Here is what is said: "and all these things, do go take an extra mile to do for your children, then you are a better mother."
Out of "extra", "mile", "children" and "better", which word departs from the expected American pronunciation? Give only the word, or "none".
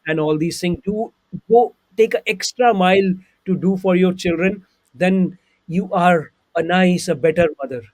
none